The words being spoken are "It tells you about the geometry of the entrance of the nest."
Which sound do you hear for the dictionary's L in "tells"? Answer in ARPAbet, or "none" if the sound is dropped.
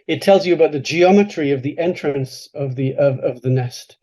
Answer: L